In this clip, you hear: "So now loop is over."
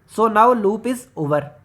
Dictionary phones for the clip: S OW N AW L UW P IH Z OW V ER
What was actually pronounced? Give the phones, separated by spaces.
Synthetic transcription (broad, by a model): S OW N AW L UW P IH Z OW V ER